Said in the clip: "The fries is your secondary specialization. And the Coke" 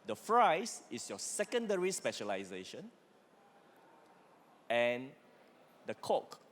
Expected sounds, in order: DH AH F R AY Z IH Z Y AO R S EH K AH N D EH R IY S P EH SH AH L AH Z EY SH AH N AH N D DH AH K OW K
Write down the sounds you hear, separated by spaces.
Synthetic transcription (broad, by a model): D AH F R AY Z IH S Y AO S EH K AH N D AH R IY S P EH SH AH L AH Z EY SH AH N AH N D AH K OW K